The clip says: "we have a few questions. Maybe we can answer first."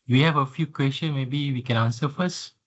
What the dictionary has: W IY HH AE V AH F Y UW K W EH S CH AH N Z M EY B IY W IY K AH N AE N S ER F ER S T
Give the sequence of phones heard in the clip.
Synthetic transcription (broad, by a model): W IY HH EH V AH F Y UW K W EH S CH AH N M EY B IY W IY K AH N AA N S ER F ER S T